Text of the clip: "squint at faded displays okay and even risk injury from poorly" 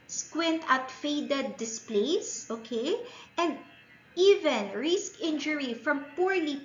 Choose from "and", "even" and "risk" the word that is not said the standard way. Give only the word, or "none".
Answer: none